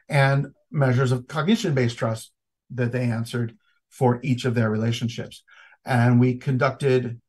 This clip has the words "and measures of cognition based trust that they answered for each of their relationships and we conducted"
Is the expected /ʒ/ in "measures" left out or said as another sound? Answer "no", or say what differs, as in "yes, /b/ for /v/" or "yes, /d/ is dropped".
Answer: no